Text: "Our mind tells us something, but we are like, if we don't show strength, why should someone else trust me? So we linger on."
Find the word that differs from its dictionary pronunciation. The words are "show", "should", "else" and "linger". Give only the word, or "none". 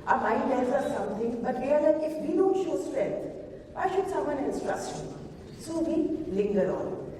else